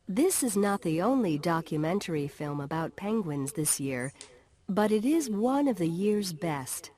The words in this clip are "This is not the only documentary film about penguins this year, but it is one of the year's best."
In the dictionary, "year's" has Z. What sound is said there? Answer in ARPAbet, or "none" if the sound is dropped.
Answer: Z